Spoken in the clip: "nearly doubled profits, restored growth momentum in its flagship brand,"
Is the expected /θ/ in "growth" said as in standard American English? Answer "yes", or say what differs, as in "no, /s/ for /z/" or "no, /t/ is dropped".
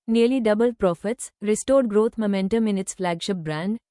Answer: no, /t/ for /θ/